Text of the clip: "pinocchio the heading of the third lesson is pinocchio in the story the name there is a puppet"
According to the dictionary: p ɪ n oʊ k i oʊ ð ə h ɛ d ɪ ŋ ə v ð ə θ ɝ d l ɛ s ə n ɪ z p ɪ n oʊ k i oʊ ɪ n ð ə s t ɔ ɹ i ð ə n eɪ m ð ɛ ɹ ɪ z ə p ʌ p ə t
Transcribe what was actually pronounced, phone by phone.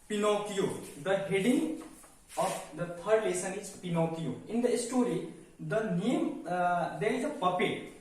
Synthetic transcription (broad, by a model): p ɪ n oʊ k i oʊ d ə h ɛ d ɪ ŋ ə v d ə t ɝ d l ɛ s ə n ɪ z p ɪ n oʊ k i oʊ ɪ n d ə s t ɔ ɹ i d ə n eɪ m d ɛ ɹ ɪ z ə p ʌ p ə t